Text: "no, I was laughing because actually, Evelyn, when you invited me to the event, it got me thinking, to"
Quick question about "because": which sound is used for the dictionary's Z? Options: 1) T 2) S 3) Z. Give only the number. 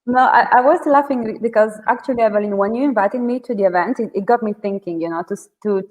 3